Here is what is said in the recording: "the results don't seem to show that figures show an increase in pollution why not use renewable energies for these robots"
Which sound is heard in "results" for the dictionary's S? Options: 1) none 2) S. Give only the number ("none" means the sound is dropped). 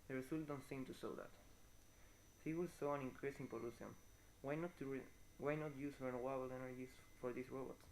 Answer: 1